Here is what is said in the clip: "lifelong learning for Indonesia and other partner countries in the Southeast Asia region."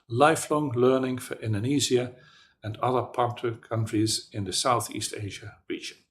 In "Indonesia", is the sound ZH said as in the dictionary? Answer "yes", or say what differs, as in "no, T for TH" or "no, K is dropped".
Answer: no, Z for ZH